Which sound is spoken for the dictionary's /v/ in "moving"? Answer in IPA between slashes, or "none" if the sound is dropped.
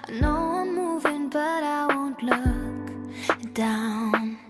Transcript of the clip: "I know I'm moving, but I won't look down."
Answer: /v/